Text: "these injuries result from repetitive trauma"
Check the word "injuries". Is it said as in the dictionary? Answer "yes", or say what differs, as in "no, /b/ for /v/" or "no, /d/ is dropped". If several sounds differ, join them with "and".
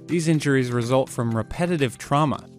yes